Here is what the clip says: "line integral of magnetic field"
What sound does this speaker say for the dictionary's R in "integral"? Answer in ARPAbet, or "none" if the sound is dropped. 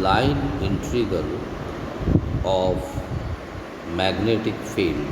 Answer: none